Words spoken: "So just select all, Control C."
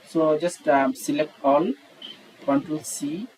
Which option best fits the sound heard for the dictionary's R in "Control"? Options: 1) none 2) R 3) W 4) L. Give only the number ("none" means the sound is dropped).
1